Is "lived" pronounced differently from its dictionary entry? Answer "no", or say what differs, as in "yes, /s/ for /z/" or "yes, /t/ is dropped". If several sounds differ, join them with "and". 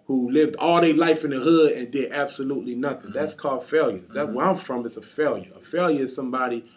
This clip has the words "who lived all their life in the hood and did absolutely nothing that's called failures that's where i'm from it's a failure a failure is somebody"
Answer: no